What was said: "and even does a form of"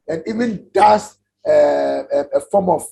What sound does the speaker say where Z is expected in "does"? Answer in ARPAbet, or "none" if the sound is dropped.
S